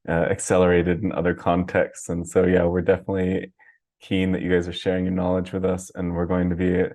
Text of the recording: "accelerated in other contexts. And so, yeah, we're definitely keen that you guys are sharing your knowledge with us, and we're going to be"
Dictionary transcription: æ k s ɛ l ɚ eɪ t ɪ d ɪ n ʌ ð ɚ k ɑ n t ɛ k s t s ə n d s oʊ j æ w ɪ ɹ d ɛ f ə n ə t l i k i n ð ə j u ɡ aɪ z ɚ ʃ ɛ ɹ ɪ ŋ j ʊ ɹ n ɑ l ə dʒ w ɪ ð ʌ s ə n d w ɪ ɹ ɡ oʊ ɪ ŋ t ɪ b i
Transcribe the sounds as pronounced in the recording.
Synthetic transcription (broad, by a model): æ k s ɛ l ɚ eɪ t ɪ d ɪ n ʌ ð ɚ k ɑ n t ɛ k s t s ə n s oʊ j æ w ɪ ɹ d ɛ f ə n ə t l i k i n ð ə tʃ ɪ ɡ aɪ z ɚ ʃ ɛ ɹ ɪ ŋ j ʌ ɹ n ɑ l ə dʒ w ɪ ð ʌ s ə n w ɪ ɹ ɡ oʊ ɪ ŋ t ɪ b i